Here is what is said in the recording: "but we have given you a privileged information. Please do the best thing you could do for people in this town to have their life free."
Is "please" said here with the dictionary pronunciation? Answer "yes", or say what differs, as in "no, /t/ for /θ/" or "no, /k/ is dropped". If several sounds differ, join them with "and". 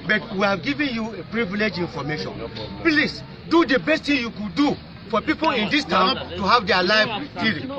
no, /s/ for /z/